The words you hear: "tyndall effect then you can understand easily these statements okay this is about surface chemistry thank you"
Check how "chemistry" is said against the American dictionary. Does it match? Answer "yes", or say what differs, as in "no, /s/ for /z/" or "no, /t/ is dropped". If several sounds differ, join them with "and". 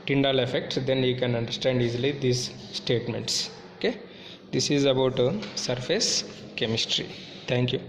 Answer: yes